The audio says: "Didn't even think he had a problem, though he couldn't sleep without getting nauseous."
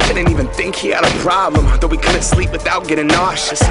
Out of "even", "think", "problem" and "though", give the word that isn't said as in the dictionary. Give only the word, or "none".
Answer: none